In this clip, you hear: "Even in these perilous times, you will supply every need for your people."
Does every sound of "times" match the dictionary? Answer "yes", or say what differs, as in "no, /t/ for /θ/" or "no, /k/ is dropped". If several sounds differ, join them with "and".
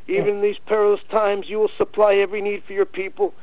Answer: yes